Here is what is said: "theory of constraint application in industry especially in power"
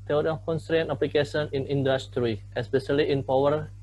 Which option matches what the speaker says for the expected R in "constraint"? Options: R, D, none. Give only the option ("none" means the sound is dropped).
R